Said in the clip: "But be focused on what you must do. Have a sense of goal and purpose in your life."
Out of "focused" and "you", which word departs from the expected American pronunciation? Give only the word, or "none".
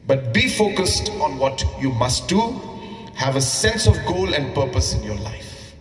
none